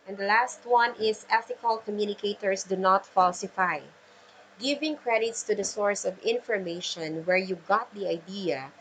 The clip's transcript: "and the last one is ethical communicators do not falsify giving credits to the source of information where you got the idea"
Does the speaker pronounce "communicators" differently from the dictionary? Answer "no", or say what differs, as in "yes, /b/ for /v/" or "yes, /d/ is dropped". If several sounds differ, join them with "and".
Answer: yes, /s/ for /z/